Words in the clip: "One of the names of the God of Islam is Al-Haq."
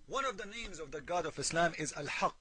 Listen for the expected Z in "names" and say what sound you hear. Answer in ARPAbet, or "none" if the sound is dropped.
Z